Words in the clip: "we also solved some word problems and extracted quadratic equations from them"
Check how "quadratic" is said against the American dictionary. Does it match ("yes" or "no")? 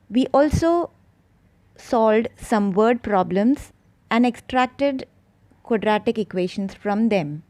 yes